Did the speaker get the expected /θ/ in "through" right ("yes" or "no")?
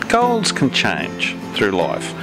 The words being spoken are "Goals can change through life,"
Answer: yes